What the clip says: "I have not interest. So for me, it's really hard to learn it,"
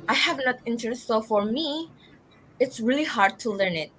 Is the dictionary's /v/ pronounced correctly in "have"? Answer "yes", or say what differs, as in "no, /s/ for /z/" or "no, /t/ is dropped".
yes